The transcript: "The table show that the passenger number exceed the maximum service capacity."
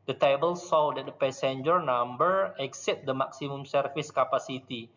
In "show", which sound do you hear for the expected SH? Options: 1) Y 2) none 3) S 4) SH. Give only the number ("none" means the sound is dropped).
3